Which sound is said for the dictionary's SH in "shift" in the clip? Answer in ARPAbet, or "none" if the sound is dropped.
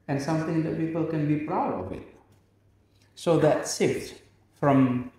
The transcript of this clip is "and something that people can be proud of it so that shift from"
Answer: S